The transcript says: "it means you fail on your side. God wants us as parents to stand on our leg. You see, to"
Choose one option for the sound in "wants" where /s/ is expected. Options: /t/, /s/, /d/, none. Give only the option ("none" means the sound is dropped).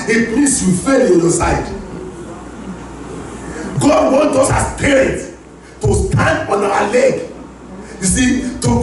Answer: none